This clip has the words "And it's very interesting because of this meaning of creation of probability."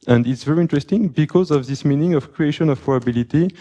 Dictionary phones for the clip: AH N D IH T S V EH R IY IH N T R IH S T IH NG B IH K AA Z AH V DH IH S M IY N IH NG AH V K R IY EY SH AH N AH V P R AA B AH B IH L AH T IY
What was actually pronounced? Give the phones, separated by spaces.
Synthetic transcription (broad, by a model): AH N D IH T S V EH R IY IH N T R IH S T IH NG B IH K AA Z AH V DH IH S M IY N IH NG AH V K R IY EY SH AH N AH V P R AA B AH B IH L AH T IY